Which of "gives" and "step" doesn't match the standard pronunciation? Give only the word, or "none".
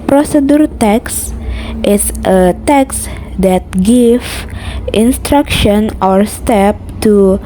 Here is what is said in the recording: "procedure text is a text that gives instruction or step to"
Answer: gives